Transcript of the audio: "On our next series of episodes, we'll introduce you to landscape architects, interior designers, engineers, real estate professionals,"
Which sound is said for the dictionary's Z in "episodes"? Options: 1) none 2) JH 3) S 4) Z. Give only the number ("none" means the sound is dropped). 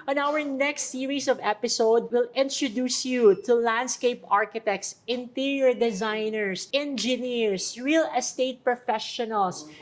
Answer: 1